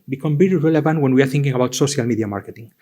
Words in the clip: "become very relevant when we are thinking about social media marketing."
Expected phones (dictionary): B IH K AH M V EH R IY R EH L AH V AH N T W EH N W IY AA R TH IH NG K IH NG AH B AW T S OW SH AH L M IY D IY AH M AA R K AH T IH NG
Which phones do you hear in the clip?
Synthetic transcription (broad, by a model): B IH K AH M B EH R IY R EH L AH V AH N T W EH N W IY AA R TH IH NG K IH NG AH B AW T S OW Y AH L M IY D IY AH M AA R K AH T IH NG